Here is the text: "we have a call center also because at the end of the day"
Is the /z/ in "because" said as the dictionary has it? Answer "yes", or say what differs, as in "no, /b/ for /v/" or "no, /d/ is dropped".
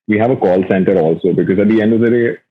yes